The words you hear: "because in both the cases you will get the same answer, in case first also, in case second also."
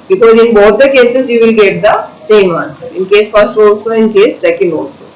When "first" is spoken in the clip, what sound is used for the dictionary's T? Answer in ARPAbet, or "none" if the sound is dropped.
T